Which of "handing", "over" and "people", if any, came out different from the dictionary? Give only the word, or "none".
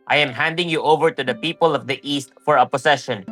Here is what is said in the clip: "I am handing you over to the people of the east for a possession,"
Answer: none